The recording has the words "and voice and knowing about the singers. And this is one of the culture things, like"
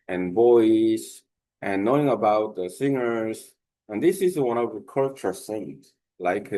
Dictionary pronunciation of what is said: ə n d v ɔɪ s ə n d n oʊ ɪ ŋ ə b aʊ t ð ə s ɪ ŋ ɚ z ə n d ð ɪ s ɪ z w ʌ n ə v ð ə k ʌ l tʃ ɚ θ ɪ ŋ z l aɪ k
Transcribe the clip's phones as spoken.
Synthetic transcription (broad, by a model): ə n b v ɔɪ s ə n n oʊ ɪ ŋ ə b aʊ t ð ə s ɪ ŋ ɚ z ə n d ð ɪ s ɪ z w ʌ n ə v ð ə k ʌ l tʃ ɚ s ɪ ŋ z l aɪ k